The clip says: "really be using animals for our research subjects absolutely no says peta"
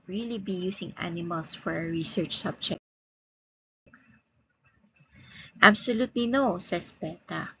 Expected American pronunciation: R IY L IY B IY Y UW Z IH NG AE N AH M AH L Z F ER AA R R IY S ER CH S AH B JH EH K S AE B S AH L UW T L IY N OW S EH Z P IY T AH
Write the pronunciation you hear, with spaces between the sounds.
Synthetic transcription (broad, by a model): R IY L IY B IY Y UW S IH NG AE N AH M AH L S F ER AA R R IY S ER CH S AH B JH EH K S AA B S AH L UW T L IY N OW S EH S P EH T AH